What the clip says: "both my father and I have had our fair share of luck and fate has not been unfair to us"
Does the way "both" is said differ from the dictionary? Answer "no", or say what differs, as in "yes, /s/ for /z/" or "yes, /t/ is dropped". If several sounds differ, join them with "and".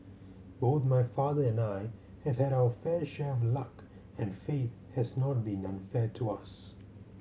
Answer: no